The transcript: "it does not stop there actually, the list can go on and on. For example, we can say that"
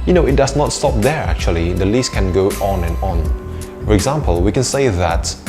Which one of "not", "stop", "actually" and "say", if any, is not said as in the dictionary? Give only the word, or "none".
none